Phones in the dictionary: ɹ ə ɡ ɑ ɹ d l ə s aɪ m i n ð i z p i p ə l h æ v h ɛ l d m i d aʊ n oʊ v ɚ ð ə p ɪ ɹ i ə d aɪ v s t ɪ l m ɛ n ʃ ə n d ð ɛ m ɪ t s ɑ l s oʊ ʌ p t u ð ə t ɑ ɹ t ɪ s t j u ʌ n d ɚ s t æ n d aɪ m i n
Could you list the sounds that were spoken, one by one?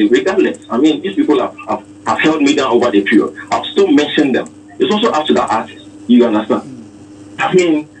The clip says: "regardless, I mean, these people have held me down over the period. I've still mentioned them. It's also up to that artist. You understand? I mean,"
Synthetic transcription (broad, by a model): ɹ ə ɡ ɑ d l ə s aɪ m i n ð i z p i p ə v h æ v h ɛ l d m i d aʊ n oʊ v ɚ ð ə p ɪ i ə ɪ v s t ɪ l m ɛ n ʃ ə n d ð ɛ m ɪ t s ɑ l s oʊ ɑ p t u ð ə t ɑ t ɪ s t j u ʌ n d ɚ s t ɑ n d aɪ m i n